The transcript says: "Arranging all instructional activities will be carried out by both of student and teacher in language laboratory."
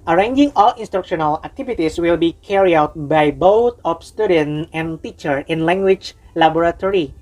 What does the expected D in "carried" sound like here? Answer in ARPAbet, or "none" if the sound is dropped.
none